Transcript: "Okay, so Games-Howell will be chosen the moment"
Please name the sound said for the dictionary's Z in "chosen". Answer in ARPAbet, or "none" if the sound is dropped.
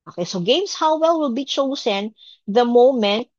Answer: S